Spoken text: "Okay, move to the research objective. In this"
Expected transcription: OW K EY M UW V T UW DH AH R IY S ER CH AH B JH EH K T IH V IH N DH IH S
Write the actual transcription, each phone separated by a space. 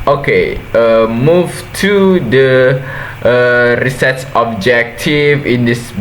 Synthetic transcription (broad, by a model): OW K EY M UW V T UW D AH R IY S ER S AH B JH EH K T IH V IH N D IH S